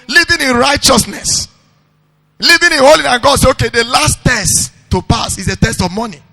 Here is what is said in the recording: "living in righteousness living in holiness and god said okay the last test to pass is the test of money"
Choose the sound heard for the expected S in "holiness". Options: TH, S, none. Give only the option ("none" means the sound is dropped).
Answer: none